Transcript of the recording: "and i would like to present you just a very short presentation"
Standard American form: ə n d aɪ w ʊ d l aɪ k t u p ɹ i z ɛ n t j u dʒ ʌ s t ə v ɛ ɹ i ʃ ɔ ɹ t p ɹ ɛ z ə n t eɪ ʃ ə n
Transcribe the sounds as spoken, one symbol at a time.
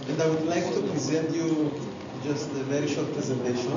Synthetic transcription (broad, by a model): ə n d aɪ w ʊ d l aɪ k t u p ɹ i z ɛ n t j u dʒ ʌ s t ə v ɛ ɹ i ʃ ɔ ɹ t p ɹ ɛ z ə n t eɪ ʃ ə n